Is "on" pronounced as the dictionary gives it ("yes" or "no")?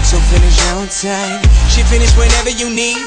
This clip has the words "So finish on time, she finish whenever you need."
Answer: no